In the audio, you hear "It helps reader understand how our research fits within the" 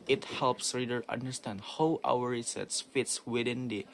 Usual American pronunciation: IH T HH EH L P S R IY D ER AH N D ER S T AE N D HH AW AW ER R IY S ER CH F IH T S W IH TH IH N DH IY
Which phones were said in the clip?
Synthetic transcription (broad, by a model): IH T HH EH L P S R IY D ER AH N D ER S T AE N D HH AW AW ER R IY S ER S F IH T S W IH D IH N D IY